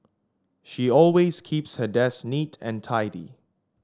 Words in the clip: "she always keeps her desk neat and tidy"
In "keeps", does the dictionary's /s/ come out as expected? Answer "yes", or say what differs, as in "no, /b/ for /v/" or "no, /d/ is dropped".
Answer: yes